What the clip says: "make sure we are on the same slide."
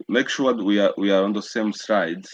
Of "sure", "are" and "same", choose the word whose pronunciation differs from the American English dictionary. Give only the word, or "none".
sure